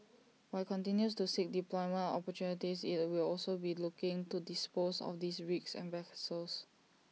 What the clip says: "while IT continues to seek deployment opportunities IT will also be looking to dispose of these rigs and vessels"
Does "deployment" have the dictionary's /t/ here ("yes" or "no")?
no